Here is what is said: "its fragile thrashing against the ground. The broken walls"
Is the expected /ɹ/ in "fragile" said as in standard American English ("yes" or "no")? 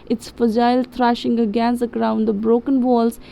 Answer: no